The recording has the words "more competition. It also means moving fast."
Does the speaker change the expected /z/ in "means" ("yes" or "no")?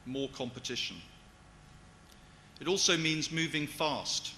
no